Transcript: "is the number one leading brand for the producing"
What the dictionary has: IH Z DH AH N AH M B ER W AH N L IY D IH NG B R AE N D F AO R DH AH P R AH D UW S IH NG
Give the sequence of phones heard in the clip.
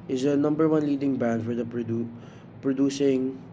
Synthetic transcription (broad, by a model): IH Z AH N AH M B ER W AH N L IY D IH NG B AE N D F AO R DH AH P R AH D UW S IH NG